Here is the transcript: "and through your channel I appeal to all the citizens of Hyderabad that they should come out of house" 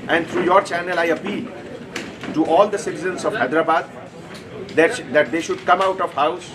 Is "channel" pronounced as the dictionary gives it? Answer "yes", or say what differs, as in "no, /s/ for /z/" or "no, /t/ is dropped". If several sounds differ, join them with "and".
yes